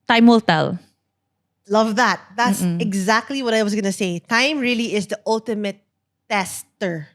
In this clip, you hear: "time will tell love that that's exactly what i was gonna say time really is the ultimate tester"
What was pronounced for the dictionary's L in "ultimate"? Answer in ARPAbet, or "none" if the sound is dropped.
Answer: L